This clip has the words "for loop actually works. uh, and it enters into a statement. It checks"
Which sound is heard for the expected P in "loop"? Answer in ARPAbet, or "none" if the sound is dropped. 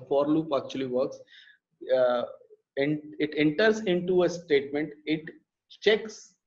P